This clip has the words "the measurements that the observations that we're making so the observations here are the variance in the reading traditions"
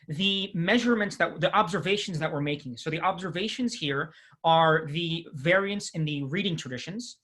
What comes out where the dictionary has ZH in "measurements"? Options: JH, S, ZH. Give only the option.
ZH